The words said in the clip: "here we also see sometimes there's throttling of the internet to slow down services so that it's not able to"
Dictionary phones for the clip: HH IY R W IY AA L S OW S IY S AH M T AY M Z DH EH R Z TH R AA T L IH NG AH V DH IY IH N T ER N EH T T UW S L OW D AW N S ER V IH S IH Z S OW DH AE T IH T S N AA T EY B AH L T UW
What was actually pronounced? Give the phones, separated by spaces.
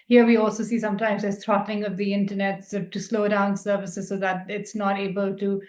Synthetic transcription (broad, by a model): HH IY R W IY AA L S OW S IY S AH M T AY M Z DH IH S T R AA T L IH NG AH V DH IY IH N T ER N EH T T UW S L OW D AW N S ER V IH S IH Z S OW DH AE T IH T S N AA T EY B AH L T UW